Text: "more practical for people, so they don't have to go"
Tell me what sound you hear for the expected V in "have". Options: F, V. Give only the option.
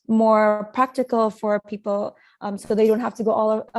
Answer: F